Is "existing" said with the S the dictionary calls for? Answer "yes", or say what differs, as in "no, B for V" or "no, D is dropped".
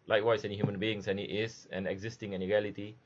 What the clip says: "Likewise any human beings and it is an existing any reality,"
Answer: yes